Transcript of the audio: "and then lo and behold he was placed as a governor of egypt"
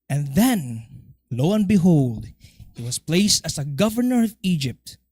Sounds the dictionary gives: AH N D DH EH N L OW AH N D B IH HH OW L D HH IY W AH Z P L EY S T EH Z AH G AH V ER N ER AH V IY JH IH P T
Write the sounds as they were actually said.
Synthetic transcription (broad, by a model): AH N DH EH N L OW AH N B IH HH OW L D HH IY W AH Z P L EY S T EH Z AH G AH V ER N ER AH V IY JH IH P T